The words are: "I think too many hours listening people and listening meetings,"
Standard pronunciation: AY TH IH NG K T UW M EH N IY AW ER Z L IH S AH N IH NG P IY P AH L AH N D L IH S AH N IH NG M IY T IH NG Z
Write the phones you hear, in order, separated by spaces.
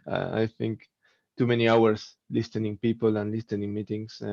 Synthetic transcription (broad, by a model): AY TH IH NG K T UW M EH N IY AW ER S L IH S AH N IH NG P IY P AH L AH N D L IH S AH N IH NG M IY T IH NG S